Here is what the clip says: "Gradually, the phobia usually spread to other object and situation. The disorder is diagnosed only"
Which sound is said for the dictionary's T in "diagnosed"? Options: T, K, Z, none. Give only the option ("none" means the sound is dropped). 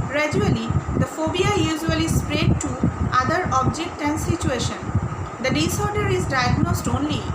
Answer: T